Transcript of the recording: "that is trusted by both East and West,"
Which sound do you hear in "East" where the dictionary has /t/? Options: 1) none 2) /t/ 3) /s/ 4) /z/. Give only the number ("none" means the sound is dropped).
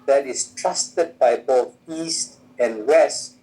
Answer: 2